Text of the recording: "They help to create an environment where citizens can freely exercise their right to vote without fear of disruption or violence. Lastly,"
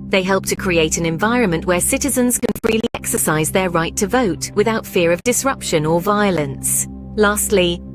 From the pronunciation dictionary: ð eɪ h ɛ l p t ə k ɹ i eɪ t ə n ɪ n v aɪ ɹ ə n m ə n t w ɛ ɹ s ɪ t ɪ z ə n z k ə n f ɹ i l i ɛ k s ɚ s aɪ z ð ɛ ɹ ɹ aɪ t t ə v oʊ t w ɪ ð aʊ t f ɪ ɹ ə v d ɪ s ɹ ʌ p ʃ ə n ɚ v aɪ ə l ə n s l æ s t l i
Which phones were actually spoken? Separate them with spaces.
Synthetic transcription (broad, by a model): ð eɪ h ɛ l p t ə k ɹ i eɪ t ə n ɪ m v aɪ ɹ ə n m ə n t w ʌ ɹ s ɪ t ɪ z ə n z k ə n f ɹ i l i ɛ k s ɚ s aɪ z ð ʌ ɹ ɹ aɪ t t ə v oʊ t w ɪ ð aʊ t f ɪ ɹ ə v d ɪ s ɹ ʌ p ʃ ə n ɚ v aɪ ə l ə n s l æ s t l i